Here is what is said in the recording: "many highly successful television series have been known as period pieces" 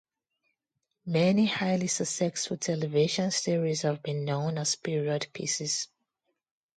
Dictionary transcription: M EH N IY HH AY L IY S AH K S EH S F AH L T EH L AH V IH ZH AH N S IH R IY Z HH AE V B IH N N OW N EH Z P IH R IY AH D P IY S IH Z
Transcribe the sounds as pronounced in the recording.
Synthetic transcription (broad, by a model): M EH N IY HH AY L IY S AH S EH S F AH T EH L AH V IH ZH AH N S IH R IY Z HH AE V B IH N N OW N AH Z P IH R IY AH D P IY S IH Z